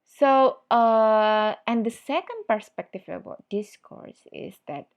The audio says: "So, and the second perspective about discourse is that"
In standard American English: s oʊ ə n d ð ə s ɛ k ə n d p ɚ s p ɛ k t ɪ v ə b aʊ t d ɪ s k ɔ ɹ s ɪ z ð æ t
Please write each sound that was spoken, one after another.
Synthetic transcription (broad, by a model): s oʊ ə n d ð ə s ɛ k ə n d p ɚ s p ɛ k t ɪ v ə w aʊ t d ɪ s k ɔ ɹ s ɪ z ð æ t